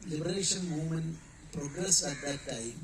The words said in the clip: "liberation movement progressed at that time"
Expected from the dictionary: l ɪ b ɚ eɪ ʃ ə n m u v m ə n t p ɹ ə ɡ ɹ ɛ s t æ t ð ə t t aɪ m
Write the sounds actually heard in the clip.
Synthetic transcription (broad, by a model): l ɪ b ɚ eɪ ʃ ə n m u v m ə n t p ɹ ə ɡ ɹ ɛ s ɑ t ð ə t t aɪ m